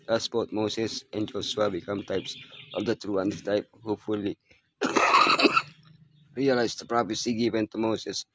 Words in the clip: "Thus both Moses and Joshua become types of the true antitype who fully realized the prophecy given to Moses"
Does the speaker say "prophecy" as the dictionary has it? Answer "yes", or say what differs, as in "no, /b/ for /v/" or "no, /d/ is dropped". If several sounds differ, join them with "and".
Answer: no, /p/ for /f/